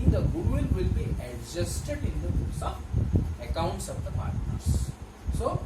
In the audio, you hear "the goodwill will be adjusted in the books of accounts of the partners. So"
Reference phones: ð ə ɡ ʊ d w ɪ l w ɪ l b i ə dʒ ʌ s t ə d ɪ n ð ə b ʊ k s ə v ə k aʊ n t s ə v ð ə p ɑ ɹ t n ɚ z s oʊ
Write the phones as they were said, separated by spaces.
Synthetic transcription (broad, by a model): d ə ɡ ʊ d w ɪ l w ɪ l b i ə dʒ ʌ s t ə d ɪ n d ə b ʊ s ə ə k aʊ n t s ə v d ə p ɑ ɹ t n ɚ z s oʊ